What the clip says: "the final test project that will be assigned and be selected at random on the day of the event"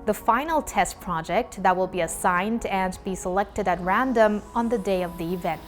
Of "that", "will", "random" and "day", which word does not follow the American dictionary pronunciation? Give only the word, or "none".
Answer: none